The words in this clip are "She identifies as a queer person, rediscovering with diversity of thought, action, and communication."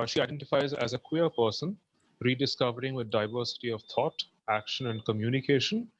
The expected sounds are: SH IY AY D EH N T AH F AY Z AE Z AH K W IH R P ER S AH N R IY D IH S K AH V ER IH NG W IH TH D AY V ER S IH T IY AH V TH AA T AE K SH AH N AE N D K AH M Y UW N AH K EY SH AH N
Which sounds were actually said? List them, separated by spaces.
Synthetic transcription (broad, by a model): SH IY AY D EH N T AH F AY Z AE Z AH K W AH R P ER S AH N R IY D IH S K AH V ER IH NG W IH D D AY V ER S IH T IY AH V T AA T AE K SH AH N AE N D K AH M Y UW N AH K EY SH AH N